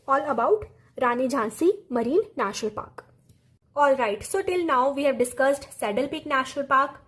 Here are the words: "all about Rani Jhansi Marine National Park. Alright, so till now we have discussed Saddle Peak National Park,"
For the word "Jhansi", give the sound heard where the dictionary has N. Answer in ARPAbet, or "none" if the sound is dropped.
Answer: N